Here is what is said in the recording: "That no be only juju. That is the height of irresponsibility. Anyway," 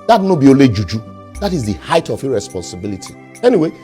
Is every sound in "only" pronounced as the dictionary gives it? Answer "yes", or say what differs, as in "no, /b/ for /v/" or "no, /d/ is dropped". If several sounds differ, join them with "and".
no, /n/ is dropped